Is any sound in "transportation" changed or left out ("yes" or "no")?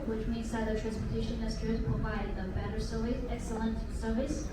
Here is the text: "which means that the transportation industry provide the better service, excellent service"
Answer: yes